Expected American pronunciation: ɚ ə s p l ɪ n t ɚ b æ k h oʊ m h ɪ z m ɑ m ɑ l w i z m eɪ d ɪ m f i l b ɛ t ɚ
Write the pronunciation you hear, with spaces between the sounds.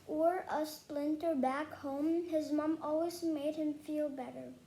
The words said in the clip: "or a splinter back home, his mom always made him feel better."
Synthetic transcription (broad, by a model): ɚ ə s p l ɪ n t ɚ b æ k h oʊ m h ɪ z m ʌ m ɑ l w i z m eɪ d ɪ m f i l b ɛ t ɚ